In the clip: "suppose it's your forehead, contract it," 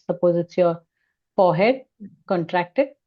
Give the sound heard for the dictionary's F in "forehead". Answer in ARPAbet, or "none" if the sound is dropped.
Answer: P